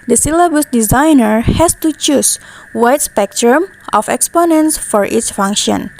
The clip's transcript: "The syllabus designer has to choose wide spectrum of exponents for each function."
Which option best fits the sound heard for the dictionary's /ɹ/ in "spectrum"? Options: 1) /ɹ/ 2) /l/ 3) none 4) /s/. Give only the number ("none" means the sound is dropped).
1